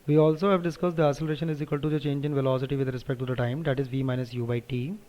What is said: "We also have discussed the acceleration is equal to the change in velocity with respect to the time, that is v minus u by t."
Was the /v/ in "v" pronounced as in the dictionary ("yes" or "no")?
yes